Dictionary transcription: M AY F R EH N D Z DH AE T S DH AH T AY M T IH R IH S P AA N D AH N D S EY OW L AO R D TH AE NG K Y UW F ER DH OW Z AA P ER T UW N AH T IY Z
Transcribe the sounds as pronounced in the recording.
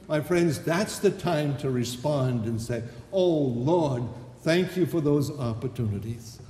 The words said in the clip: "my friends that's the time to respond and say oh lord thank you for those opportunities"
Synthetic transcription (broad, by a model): M AY F R EH N D Z DH AE T S DH AH T AY M T IH R IH S P AA N D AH N S EY OW L AO R D TH AE NG K Y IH F ER DH OW Z AA P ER T UW N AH T IY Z